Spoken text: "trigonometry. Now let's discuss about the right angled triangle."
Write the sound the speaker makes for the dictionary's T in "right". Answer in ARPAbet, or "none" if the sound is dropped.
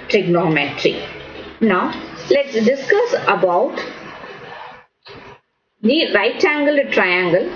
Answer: T